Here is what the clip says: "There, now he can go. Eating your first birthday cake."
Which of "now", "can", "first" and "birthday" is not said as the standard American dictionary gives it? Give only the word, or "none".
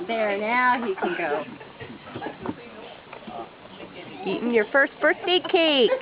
birthday